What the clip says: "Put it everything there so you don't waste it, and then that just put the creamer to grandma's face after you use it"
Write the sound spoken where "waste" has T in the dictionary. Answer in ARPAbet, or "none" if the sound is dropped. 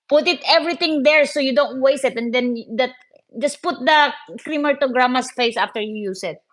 none